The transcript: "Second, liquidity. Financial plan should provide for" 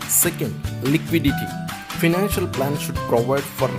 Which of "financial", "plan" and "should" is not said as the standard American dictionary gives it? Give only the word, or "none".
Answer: none